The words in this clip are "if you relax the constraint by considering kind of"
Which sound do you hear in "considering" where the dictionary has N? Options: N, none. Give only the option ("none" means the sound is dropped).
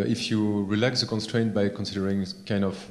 N